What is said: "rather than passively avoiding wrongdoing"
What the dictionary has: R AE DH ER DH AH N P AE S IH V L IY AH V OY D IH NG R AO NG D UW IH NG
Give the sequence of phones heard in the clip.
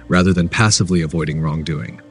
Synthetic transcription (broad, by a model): R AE DH ER DH AH N P AE S IH V L IY AH V OY D IH NG R AO NG D UW IH NG